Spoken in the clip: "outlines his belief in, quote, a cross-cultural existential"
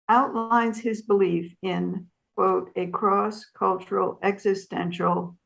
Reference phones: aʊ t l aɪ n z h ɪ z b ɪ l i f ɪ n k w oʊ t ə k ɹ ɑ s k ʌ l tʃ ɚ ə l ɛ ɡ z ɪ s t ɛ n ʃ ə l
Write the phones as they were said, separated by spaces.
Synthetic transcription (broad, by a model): aʊ t l aɪ n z h ɪ z b ɪ l i f ɪ n k w oʊ t ə k ɹ ɑ s k ʌ l tʃ ɚ l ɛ ɡ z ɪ s t ɛ n ʃ l